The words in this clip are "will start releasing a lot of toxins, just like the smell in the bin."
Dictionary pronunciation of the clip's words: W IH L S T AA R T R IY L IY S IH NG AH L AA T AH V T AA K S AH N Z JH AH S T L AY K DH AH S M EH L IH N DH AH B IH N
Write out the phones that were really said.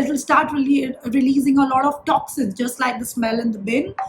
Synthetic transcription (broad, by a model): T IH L S T AA R T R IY L IY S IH NG AH L AA T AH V T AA K S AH Z JH AH S T L AY K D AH S M EH L IH N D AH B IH N